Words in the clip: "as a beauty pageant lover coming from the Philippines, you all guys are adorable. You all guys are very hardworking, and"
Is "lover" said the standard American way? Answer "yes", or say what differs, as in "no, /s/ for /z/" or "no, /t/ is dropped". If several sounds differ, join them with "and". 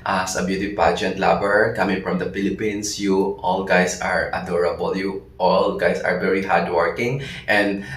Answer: no, /b/ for /v/